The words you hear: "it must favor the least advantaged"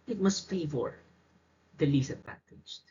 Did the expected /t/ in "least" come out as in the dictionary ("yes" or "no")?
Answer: no